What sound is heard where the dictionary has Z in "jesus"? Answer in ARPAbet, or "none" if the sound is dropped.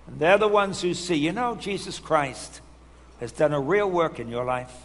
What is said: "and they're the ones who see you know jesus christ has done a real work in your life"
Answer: Z